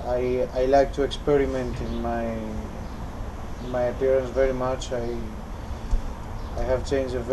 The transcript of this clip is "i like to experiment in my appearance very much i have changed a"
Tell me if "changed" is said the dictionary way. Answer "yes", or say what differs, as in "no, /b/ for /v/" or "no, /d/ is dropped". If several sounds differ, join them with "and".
no, /d/ is dropped